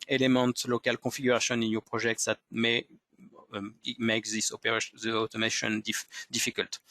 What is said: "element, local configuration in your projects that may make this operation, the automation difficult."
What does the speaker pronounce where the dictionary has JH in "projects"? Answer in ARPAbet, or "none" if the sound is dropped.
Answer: ZH